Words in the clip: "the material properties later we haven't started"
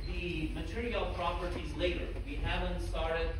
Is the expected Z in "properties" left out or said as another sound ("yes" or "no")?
no